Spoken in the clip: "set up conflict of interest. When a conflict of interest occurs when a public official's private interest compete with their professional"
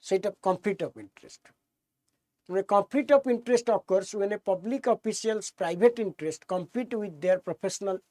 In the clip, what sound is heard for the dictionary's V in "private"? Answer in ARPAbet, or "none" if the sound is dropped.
B